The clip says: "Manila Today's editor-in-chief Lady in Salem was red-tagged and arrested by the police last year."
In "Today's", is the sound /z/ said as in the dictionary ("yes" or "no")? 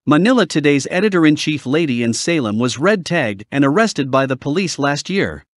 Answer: yes